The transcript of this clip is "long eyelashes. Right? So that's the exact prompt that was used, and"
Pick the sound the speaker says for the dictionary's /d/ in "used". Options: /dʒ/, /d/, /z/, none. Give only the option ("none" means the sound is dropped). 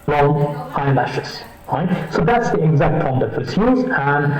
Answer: none